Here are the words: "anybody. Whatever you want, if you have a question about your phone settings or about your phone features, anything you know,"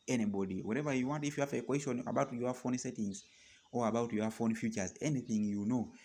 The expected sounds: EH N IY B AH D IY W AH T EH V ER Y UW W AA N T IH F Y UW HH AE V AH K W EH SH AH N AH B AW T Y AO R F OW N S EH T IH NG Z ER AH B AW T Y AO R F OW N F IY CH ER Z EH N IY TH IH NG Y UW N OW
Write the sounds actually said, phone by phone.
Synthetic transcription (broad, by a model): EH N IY B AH D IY W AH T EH V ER Y UW W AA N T IH F Y UW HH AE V AH K W EH SH AH N AH B AW T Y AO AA F OW N S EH T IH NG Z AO AH B AW T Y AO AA F OW N F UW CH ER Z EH N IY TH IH NG Y UW N OW